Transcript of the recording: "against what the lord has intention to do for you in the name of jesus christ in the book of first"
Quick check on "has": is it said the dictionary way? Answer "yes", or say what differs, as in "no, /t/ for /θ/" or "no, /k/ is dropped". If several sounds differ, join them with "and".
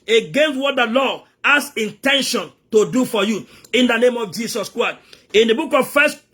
no, /s/ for /z/